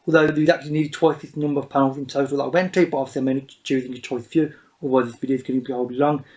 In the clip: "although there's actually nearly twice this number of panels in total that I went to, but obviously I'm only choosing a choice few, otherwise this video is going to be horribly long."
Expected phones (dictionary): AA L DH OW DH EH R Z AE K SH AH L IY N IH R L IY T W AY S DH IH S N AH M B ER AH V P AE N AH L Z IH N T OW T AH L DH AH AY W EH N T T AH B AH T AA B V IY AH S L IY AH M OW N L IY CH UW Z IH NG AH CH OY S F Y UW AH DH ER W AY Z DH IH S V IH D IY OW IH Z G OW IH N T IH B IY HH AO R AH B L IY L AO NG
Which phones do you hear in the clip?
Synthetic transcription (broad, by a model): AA L DH OW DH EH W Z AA K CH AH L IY N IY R IY T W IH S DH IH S N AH M B ER AH V P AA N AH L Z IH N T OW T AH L DH AH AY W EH N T T AH B AH T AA V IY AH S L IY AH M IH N IY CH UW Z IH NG AH CH OY S F Y UW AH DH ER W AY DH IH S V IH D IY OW IH Z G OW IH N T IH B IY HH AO AH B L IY L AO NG